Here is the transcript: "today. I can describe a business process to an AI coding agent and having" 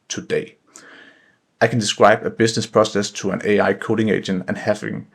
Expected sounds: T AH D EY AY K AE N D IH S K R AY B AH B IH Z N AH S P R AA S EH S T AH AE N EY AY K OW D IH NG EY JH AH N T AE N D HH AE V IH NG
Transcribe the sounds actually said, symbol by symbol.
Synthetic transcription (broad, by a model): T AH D EY AY K AE N D IH S K R AY B AH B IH S N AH S P R AA S EH S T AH AE N EY AY K OW D IH NG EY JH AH N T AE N HH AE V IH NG